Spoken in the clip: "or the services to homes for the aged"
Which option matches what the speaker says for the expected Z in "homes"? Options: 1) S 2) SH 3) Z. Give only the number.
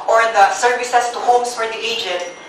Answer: 1